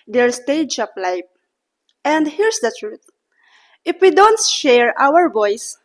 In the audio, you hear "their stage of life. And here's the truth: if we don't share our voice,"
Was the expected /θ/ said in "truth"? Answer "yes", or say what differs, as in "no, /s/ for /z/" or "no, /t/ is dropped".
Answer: no, /t/ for /θ/